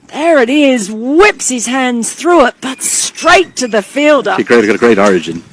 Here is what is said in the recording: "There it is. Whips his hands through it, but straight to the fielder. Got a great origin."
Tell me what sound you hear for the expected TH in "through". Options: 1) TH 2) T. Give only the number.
1